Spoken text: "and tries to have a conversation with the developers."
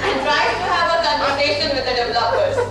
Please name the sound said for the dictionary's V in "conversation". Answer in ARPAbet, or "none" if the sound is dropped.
none